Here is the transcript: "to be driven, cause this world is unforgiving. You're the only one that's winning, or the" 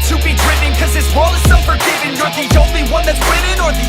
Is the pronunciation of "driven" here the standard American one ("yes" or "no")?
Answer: no